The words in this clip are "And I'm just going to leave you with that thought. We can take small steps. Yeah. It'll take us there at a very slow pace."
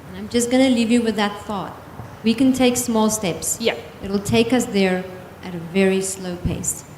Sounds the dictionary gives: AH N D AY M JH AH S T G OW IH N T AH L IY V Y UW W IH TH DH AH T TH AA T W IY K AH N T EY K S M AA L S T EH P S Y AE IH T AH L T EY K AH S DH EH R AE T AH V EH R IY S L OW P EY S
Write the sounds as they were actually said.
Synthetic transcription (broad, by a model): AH N AY M JH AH S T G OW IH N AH L IY V Y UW W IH DH AH T TH AA T W IY K AH N T EY K S M AA L S T EH P S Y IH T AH L T EY K AH S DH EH R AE T AH V EH R IY S L OW P EY S